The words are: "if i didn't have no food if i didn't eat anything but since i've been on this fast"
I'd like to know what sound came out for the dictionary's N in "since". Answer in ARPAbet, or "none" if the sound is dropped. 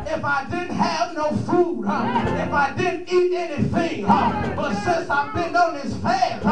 none